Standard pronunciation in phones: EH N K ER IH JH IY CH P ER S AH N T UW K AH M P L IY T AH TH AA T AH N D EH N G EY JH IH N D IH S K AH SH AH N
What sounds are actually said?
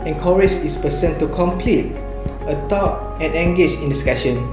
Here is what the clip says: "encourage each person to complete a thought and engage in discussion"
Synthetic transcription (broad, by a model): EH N K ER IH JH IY S P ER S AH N T UW K AH M P L IY T AH T AA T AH N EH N G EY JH IH N D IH S K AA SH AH N